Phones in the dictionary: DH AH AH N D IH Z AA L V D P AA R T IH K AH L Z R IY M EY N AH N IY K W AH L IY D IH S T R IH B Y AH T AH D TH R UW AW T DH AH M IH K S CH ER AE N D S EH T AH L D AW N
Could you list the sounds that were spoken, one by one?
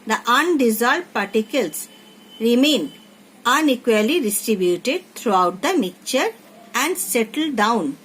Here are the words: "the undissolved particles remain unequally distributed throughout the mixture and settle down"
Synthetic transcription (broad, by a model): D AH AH N D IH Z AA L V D P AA R T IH K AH L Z R IY M EY N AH N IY K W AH L IY D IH S T R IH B Y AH T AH D T R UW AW T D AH M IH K CH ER AE N D S EH T AH L D AW N